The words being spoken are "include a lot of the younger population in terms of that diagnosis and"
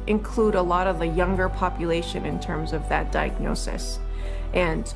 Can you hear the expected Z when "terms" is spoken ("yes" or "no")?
yes